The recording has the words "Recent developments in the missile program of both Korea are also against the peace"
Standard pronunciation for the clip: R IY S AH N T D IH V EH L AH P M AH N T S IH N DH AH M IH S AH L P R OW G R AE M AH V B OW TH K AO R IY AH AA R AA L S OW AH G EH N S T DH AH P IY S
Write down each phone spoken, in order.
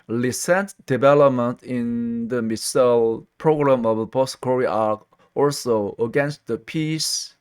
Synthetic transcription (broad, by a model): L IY S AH N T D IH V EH L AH P M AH N T IH N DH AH M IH S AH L P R OW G R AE M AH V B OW T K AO R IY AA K AA L S OW AH G EH N S T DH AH P IY S